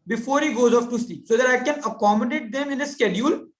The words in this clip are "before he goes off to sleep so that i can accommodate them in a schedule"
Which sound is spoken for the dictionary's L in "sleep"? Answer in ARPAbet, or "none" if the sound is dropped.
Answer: none